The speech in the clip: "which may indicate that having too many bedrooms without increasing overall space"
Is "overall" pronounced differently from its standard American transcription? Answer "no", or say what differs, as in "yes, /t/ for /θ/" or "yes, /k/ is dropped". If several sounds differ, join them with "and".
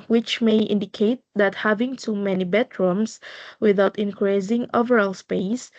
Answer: no